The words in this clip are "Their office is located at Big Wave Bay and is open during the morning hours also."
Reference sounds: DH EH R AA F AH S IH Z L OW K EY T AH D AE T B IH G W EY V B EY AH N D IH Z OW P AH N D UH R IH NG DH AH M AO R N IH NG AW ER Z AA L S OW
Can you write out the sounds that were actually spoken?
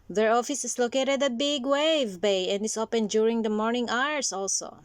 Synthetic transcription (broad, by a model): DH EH R AA F AH S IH S L OW K EY T AH D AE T B IH G W EY V B EY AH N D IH S OW P AH N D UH R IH NG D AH M AO R N IH NG AW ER S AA L S OW